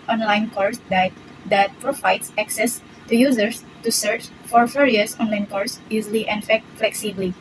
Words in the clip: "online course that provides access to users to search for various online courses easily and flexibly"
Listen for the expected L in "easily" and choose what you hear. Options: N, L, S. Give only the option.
N